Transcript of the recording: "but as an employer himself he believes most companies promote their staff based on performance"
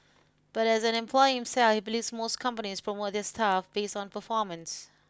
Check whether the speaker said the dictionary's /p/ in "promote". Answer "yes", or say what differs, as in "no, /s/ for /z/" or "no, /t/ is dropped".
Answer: no, /f/ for /p/